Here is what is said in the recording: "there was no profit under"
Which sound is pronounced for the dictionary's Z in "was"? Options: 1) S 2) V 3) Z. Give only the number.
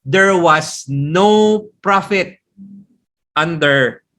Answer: 1